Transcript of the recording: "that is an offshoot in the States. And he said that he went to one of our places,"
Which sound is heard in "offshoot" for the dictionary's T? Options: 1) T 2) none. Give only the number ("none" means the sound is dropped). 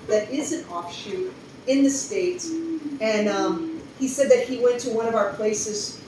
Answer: 2